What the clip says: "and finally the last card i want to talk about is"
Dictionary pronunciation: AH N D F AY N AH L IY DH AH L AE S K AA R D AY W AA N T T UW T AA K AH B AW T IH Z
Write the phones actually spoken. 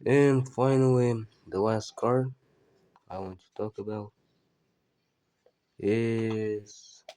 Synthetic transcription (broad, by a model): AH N F AY N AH W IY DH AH W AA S K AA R AY W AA N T T UW T AA K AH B AW T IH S